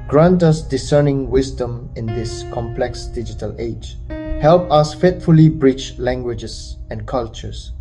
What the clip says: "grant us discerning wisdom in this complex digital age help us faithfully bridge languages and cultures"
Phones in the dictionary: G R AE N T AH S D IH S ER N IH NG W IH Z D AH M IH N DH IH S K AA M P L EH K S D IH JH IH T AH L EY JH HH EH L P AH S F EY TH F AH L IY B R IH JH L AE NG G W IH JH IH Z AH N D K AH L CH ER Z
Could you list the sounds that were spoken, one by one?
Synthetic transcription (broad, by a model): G R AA N T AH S D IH S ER N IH NG W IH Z D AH M IH N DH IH S K AA M P L EH K S D IH JH IH T AH L EY JH HH EH L P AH S F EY T F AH L IY B R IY CH L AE NG G W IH JH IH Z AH N K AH L CH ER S